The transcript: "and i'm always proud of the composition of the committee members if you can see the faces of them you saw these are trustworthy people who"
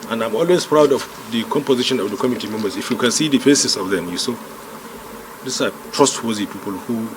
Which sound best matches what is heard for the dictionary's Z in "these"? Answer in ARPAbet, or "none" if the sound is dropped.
S